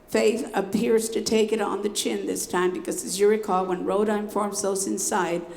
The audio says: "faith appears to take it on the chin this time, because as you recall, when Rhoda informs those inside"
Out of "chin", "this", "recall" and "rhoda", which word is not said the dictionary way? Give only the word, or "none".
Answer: none